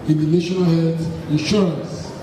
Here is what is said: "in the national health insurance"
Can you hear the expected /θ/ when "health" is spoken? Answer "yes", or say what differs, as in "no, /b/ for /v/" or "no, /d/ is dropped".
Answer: no, /s/ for /θ/